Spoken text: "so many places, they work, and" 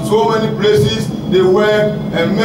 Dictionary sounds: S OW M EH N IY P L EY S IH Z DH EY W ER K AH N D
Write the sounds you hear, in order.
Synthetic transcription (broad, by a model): S OW M EH N IY P L EY S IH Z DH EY W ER AH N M